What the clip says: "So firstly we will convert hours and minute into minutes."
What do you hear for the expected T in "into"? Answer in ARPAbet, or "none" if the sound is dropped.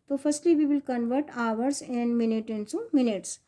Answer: S